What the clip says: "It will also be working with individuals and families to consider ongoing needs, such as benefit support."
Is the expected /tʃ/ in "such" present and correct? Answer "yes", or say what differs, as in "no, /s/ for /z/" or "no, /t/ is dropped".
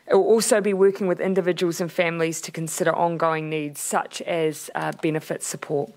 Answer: yes